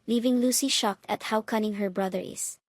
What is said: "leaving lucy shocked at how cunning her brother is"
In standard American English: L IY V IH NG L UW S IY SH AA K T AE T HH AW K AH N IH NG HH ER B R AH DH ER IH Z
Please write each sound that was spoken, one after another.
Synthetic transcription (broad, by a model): L IY V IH NG L UW S IY SH AA K T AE T HH AW K AH N IH NG HH ER B R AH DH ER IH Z